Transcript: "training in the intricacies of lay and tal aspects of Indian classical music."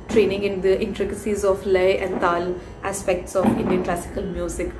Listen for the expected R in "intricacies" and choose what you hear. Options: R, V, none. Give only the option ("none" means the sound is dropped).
R